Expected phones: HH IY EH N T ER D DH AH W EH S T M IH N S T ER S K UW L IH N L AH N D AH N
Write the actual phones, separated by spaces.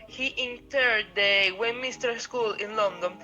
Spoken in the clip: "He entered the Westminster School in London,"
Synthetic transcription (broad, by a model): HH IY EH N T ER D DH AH W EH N M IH S T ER S K UW L IH N L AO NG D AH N